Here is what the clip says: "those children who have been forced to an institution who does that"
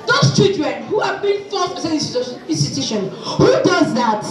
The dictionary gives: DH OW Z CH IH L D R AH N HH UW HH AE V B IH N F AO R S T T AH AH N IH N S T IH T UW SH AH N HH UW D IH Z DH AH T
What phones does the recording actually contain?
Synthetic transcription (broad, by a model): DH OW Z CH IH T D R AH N HH UW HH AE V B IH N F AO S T S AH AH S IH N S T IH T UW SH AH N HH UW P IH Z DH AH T